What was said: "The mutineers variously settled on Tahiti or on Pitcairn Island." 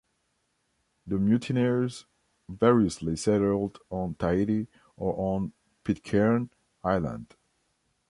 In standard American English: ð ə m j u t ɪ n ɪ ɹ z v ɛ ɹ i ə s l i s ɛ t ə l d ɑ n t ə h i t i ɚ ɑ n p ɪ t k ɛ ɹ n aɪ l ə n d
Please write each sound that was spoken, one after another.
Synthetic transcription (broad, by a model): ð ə m j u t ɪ n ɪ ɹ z v ɛ ɹ i ə s l i s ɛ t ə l d ɑ n t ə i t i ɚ ɑ n p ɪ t k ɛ ɹ n aɪ l ə n d